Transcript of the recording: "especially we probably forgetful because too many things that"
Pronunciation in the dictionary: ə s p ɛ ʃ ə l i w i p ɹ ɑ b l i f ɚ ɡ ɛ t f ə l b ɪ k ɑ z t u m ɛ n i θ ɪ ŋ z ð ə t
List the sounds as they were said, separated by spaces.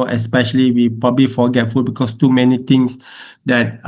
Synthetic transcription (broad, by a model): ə s p ɛ ʃ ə l i w i p ɹ ɑ b l i f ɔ ɡ ɛ t f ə l b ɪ k ɑ s t u m ɛ n i t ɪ ŋ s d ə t